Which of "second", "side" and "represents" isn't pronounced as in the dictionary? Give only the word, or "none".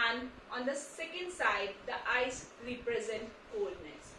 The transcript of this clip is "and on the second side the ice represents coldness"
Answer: represents